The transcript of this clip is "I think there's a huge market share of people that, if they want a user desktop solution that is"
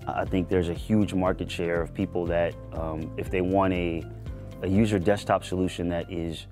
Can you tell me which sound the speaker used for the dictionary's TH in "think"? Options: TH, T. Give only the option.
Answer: TH